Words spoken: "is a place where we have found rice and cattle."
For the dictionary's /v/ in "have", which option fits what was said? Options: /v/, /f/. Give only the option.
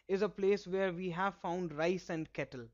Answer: /v/